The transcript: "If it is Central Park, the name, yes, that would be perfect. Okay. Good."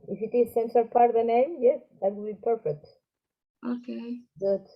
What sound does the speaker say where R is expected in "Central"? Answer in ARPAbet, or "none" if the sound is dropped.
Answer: none